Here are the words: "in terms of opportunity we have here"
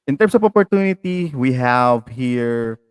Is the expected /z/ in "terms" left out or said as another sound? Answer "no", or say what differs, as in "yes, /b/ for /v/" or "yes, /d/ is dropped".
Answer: yes, /s/ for /z/